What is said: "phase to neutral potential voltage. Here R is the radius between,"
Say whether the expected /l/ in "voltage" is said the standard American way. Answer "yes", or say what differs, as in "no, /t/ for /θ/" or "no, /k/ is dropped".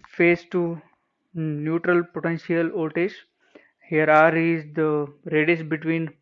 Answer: no, /l/ is dropped